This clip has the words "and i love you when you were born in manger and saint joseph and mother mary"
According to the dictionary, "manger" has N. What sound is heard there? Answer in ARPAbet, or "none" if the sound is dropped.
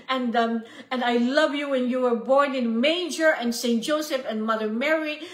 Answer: none